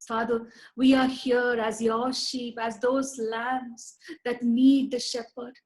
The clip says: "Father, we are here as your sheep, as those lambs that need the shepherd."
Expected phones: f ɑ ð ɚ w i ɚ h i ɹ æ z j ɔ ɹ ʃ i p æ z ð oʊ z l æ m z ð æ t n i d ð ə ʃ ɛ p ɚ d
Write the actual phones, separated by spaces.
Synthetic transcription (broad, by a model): f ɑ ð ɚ w i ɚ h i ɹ æ z j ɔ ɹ ʃ i p æ z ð oʊ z l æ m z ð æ t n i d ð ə ʃ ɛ p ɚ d